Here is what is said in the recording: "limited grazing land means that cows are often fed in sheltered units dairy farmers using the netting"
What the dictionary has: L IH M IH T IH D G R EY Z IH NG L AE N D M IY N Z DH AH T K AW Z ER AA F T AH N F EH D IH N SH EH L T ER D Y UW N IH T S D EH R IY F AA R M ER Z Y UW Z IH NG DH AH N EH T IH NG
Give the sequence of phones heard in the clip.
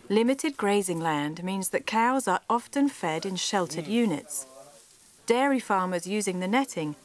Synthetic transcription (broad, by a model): L IH M IH T IH D G R EY Z IH NG L AE N D M IY N Z DH AH T K AW Z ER AA F T AH N F EH D IH N SH EH L T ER D Y UW N IH T S D EH R IY F AA M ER Z Y UW Z IH NG DH AH N EH T IH NG